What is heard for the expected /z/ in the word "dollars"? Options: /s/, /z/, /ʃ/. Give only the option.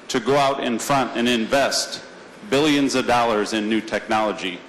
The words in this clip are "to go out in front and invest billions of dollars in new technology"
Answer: /z/